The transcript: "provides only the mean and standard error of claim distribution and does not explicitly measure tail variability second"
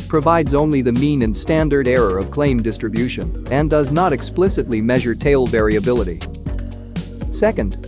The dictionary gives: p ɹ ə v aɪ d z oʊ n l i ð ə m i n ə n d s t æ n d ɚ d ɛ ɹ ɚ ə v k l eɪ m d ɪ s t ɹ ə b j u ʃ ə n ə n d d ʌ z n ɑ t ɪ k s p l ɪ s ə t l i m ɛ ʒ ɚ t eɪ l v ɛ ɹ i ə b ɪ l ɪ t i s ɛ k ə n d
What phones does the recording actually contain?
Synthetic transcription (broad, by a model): p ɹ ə v aɪ d z oʊ n l i ð ə m i n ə n s t æ n d ɚ d ɛ ɹ ɚ ə v k l eɪ m d ɪ s t ɹ ə b j u ʃ ə n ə n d d ʌ z n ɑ t ɪ k s p l ɪ s ə t l i m ɛ ʒ ɚ t eɪ l v ɛ ɹ i ə b ɪ l ɪ t i s ɛ k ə n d